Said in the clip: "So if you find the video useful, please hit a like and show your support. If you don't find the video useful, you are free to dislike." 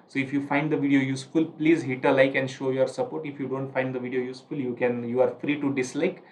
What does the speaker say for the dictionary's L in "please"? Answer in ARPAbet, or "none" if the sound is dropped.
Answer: L